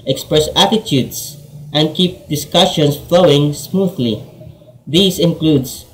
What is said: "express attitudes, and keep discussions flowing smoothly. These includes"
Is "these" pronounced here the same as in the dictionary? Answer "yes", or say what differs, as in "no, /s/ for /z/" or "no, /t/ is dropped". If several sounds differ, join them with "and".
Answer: no, /s/ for /z/